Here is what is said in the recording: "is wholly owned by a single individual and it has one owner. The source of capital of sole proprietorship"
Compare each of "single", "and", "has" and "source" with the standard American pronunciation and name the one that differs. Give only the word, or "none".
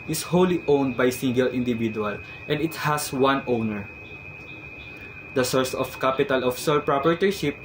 has